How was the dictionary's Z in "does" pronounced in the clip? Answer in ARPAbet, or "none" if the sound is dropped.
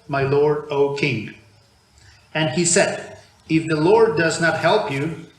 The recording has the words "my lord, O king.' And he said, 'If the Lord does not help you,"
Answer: Z